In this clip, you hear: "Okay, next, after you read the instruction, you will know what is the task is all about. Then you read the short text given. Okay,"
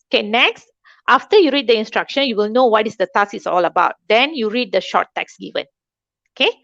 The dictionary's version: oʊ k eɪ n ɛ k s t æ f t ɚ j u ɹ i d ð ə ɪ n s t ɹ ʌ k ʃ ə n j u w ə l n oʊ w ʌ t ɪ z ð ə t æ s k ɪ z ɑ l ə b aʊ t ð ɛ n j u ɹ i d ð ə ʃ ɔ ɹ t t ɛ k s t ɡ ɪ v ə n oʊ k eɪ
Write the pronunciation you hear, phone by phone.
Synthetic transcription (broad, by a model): oʊ k eɪ n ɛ k s t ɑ f t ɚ j u ɹ i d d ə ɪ n s t ɹ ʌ k ʃ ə n j u w ə l n oʊ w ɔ t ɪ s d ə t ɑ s ɪ s ɑ l ə b aʊ t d ɛ n j u ɹ i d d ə ʃ ɔ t t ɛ k s ɡ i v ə n oʊ k eɪ